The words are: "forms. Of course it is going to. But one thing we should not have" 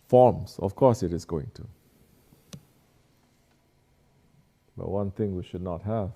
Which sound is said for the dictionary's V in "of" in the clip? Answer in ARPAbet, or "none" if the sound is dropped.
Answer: F